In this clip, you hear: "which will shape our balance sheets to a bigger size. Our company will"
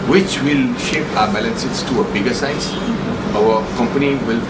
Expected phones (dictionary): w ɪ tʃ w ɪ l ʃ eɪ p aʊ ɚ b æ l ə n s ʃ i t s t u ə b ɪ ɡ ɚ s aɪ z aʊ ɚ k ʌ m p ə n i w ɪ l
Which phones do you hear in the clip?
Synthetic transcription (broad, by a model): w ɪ tʃ w ɪ l ʃ eɪ p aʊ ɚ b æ l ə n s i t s t u ə b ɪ ɡ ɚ s aɪ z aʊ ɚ k ʌ m p ə n i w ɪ l